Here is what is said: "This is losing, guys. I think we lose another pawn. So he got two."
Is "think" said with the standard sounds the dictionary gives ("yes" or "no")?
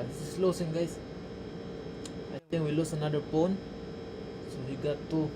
no